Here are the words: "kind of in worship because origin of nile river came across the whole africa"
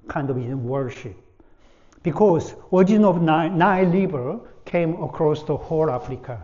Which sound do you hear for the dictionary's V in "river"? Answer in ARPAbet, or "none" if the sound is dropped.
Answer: B